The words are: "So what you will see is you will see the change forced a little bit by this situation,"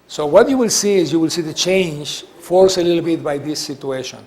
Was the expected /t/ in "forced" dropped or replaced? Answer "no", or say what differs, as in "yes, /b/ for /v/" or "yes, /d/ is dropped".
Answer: yes, /t/ is dropped